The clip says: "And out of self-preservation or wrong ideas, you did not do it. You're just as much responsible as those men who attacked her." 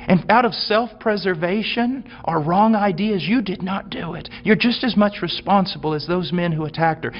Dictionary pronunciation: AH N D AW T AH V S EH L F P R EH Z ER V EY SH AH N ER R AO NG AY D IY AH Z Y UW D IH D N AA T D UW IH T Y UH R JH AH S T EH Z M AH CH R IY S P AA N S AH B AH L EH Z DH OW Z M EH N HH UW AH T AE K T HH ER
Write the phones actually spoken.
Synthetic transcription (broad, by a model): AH N AW T AH V S EH L F P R EH Z ER V EY SH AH N ER R AO NG AY D IY AH Z Y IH D IH D N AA T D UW IH T Y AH R JH AH S T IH Z M AH CH R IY S P AA N S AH B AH L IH Z DH OW Z M EH N HH UW AH T AE K T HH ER